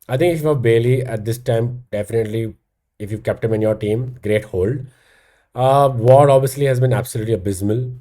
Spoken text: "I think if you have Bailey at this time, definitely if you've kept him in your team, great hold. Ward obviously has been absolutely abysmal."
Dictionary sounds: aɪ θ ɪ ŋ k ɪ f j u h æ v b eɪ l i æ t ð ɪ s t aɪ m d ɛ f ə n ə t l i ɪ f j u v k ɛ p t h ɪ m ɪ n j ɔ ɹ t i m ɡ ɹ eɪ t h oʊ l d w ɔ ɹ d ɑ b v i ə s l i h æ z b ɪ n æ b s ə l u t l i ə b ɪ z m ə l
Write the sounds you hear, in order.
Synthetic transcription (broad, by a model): aɪ t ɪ ŋ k ɪ f j u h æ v b eɪ l i æ t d ɪ s t aɪ m d ɛ f ə n ə t l i ɪ f j u v k ɛ p t h ɪ m ɪ n j ɔ ɹ t i m ɡ ɹ eɪ t h oʊ l d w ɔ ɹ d ɑ b v i ə s l i h æ z b ɪ n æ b s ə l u t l i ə b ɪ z m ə l